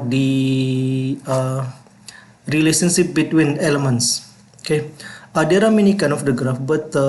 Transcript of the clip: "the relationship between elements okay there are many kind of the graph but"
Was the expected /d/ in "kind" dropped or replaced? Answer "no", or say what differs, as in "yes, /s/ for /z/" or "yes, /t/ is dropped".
yes, /d/ is dropped